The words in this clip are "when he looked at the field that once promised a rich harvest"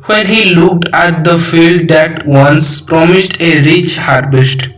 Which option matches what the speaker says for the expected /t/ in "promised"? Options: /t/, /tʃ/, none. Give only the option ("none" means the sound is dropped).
/t/